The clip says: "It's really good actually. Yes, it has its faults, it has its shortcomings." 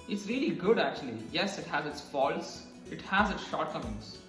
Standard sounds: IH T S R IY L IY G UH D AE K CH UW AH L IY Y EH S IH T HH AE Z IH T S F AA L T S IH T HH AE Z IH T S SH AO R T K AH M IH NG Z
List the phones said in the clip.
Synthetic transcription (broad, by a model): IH T S R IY L IY G UH D AE K CH UW AH L IY Y EH S IH T HH AE Z IH T S F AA L S IH T HH AE Z IH T S SH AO R T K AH M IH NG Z